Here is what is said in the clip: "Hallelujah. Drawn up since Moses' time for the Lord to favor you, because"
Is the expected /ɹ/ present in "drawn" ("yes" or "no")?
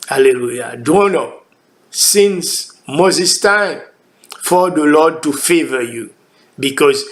no